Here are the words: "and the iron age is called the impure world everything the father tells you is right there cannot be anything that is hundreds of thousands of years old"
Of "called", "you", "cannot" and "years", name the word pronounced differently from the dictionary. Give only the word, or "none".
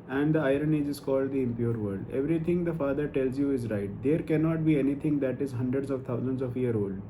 years